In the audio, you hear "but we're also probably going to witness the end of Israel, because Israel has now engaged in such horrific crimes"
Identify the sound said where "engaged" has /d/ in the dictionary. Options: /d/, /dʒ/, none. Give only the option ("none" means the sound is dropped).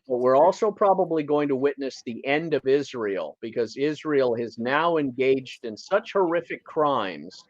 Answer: /d/